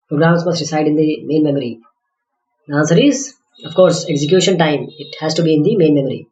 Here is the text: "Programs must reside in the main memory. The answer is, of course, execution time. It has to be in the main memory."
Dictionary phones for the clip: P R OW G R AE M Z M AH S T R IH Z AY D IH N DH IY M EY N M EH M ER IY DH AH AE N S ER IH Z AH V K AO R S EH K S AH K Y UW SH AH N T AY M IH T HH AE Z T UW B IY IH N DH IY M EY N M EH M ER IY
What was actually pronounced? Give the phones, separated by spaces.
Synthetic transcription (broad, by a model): P R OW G R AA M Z M AH S T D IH S AY D IH N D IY M EY N M EH M ER IY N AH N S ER IH Z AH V K AO R S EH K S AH K Y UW SH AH N T AY M IH T HH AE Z T UW B IY IH N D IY M EY N M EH M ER IY